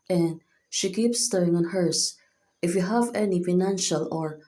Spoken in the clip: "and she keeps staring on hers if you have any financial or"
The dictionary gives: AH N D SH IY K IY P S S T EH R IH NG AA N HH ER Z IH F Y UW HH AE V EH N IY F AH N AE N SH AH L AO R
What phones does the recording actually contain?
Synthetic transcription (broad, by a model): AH N D SH IY K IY P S S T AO IH NG AA N HH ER S IH F Y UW HH AE V EH N IY F AH N AE N SH AH L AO R